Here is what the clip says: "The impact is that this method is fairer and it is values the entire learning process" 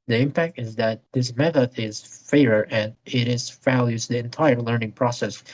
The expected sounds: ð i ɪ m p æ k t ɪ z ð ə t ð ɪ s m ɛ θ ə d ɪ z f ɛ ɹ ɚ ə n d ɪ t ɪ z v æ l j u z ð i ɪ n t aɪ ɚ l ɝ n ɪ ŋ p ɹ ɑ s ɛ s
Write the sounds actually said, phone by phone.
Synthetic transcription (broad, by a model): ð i ɪ m p æ k t ɪ z ð ə t ð ɪ s m ɛ θ ə d ɪ z f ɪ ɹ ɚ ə n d ɪ t ɪ z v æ l j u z ð i ɪ n t aɪ ɚ l ɝ n ɪ ŋ p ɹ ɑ s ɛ s